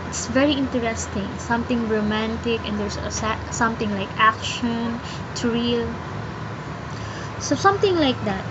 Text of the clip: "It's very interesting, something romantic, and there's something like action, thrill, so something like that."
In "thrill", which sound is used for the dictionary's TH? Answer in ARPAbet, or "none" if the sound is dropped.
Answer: T